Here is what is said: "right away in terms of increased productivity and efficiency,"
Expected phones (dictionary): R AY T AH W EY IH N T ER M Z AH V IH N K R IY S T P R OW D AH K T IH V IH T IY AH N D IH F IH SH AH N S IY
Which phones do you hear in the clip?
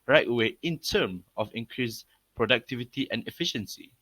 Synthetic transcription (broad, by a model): R AY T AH W EY IH N T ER M AH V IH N K R IY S P R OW D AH K T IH V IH T IY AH N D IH F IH SH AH N S IY